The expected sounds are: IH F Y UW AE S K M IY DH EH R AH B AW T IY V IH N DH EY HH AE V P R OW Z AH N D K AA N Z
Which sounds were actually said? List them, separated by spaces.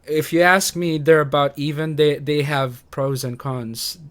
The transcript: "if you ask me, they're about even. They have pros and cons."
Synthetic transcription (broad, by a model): IH F Y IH AE S K M IY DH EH R AH B AW T IY V IH N DH EY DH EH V P R OW Z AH N K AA N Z